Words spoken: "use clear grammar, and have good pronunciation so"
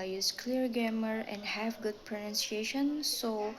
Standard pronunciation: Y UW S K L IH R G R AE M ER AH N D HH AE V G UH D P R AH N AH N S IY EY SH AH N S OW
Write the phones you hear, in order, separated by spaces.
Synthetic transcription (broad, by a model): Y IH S K L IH R G AE M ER AH N D HH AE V G UH D P R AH N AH N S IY EY SH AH N S OW